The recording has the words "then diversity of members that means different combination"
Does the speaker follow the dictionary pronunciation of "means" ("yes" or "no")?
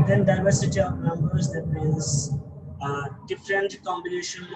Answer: no